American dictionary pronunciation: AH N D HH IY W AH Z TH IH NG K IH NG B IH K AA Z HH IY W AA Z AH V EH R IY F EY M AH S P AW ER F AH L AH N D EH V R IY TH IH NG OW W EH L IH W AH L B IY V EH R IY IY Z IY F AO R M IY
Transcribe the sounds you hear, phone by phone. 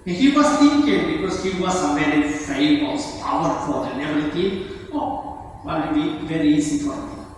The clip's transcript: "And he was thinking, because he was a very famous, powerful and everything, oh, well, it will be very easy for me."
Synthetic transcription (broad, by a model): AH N HH IY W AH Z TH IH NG K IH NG B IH K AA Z HH IY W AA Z AH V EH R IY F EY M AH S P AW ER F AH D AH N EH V IY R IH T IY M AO W IH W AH B IY V EH R IY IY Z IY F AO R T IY